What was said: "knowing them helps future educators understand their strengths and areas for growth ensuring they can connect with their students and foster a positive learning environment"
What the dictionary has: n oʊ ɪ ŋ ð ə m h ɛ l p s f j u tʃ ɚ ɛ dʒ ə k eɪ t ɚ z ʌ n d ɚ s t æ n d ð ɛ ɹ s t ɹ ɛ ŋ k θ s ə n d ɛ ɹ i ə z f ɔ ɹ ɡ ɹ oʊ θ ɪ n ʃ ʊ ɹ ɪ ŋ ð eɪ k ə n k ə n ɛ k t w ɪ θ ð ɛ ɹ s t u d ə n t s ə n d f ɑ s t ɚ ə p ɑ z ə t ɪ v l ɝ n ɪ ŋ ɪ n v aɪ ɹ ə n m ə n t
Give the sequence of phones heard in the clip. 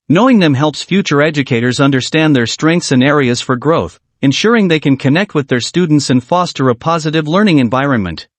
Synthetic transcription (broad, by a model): n oʊ ɪ ŋ ð ə m h ɛ l p s f j u tʃ ɚ ɛ dʒ ə k eɪ t ɚ z ʌ n d ɚ s t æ n ð ɛ ɹ s t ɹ ɛ ŋ k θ s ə n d ɛ ɹ i ə z f ɔ ɹ ɡ ɹ oʊ θ ɪ n ʃ ʊ ɹ ɪ ŋ ð eɪ k ə n k ə n ɛ k t w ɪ ð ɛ ɹ s t u d n t s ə n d f ɑ s t ɚ ə p ɑ z ə t ɪ v l ɝ n ɪ ŋ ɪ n v aɪ ɹ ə n m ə n t